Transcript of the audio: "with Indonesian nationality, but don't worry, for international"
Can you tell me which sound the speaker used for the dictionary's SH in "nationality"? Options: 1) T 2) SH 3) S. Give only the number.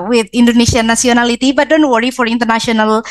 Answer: 3